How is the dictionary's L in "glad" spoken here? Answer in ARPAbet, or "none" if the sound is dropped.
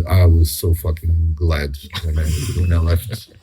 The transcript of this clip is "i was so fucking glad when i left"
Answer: L